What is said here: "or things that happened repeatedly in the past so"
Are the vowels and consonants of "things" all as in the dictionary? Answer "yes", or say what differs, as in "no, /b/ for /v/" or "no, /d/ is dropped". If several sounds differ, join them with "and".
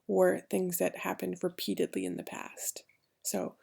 yes